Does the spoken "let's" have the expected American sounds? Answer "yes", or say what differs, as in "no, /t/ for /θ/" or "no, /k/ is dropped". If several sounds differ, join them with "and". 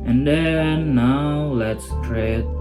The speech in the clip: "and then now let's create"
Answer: yes